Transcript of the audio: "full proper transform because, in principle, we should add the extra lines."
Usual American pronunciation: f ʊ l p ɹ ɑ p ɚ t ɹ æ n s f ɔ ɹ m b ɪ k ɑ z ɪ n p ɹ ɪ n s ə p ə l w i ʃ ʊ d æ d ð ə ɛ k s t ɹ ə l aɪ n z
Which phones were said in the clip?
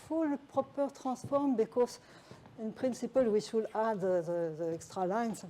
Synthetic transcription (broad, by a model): f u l p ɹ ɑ p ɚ t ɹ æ s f ɔ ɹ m b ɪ k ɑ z ɪ n p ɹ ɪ n s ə p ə l w i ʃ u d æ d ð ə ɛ k s t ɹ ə l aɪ n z